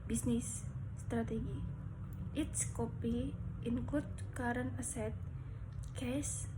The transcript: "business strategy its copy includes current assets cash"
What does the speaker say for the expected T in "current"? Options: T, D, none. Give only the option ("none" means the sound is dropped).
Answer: none